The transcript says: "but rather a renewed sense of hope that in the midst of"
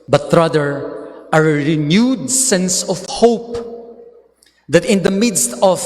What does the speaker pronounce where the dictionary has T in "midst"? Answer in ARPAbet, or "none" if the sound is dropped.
T